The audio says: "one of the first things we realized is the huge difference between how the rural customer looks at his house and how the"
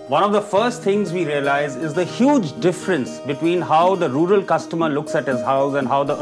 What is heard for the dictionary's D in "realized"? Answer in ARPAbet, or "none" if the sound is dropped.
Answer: none